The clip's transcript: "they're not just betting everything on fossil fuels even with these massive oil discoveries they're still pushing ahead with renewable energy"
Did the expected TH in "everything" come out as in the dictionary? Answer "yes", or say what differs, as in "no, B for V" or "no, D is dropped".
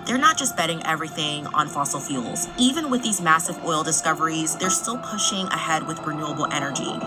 yes